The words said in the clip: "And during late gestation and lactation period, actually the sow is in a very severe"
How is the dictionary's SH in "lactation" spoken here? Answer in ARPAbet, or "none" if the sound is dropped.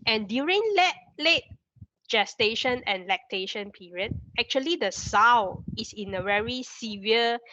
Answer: SH